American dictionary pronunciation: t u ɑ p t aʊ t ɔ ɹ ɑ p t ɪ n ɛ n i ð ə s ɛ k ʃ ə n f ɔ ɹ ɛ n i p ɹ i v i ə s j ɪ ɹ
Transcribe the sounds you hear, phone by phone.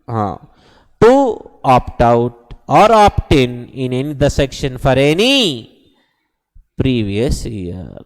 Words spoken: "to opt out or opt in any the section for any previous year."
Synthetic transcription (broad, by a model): t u ɑ p t aʊ t ɔ ɹ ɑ p t ɪ n ɛ n i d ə s ɛ k ʃ ə n f ɔ ɹ ɛ n i p ɹ i v i ə s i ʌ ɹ